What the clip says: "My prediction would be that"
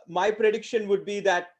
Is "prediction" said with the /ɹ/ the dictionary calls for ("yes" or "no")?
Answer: yes